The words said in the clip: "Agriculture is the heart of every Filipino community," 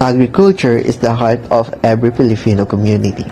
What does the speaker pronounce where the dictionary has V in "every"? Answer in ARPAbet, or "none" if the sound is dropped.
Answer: B